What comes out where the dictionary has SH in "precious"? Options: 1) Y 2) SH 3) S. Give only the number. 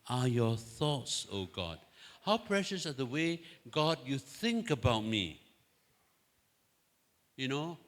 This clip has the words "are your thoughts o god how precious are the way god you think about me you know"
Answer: 2